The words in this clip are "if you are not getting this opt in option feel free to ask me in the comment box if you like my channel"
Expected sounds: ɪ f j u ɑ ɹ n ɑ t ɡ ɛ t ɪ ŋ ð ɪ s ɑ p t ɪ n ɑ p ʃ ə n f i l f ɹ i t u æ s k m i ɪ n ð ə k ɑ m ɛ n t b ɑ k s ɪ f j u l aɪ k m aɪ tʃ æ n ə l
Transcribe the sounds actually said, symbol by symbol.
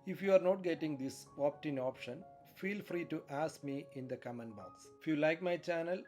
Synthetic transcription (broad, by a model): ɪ f j u ɑ ɹ n ɑ t ɡ ɛ t ɪ ŋ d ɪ s ɑ p t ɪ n ɑ p ʃ ə n f i l f ɹ i t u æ s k m i ɪ n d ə k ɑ m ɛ n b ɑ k s ɪ f j u l aɪ k m aɪ tʃ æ n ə l